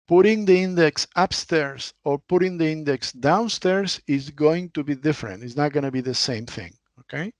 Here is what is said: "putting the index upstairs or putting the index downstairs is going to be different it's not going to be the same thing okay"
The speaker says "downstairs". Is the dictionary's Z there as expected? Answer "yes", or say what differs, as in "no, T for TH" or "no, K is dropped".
no, S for Z